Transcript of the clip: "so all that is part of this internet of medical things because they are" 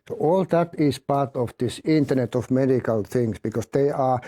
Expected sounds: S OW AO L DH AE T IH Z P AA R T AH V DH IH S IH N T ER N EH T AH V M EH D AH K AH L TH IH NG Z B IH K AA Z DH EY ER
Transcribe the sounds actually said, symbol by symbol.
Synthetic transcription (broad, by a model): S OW AO L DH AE T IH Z P AA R T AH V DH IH S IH N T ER N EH T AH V M EH D AH K AH L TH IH NG S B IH K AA S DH EY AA